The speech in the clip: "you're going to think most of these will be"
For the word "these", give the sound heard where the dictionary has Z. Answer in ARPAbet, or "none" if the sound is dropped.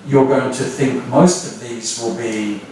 Z